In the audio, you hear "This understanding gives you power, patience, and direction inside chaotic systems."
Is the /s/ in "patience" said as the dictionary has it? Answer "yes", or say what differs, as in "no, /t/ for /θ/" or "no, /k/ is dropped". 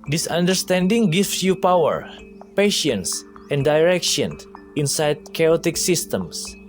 yes